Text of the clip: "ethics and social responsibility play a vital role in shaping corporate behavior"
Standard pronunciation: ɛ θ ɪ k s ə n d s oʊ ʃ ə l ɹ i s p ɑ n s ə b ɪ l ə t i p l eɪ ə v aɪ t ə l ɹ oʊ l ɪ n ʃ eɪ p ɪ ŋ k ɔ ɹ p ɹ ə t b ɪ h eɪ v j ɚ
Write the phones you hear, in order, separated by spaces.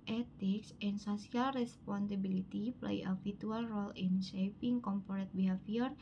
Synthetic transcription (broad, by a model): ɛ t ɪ k s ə n s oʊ s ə l ɹ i s p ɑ n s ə b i l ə t i p l eɪ ə f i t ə l ɹ oʊ l ɪ n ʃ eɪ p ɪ ŋ k ɔ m p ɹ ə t b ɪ h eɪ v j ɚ